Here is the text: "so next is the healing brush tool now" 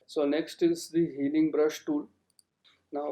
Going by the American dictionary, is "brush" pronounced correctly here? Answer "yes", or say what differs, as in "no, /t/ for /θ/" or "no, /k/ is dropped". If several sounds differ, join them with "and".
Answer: yes